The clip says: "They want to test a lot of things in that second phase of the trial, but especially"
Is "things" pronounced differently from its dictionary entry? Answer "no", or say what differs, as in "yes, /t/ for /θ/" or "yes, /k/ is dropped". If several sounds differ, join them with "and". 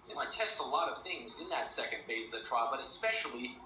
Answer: no